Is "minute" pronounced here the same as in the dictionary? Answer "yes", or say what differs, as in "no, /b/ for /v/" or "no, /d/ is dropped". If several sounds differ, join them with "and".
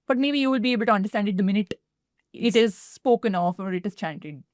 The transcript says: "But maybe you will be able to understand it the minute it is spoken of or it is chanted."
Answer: yes